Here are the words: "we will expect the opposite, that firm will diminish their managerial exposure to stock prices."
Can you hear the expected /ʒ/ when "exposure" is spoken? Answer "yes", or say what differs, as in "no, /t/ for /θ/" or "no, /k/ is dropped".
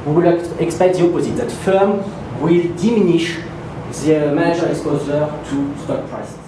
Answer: no, /z/ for /ʒ/